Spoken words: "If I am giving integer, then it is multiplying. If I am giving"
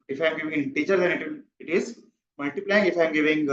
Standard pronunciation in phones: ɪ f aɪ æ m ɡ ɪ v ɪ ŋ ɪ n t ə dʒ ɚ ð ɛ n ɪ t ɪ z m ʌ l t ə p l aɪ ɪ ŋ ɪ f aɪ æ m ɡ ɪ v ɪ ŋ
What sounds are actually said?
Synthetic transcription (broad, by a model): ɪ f aɪ m ɡ ɪ v ɪ ŋ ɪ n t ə tʃ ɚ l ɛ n ɪ t ɪ z m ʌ l t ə p l aɪ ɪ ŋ ɪ f aɪ m ɡ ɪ v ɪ ŋ